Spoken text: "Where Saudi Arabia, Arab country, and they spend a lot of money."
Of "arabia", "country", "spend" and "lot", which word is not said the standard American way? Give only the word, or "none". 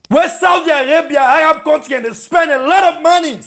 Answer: country